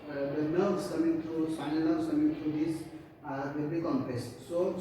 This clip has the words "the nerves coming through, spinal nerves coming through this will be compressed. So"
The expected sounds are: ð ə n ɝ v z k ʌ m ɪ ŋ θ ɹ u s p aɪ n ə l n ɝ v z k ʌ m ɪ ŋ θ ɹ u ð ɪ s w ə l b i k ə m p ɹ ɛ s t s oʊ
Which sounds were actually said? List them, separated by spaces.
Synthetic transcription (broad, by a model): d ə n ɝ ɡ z k ʌ m ɪ ŋ t ɹ u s aɪ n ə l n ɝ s k ʌ m ɪ ŋ t ɹ u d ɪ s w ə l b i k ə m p ɛ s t s oʊ